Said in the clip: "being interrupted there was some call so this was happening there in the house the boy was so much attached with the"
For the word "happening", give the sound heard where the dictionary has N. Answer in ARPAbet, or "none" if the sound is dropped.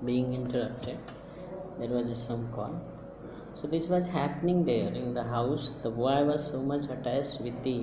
N